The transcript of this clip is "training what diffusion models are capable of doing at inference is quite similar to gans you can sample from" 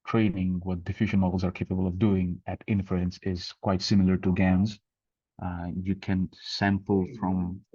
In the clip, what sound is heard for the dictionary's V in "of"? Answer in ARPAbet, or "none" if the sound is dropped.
V